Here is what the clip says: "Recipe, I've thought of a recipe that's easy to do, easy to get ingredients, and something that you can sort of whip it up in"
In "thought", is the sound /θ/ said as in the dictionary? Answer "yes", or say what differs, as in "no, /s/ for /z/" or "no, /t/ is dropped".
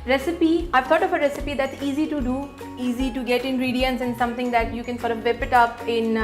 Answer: no, /t/ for /θ/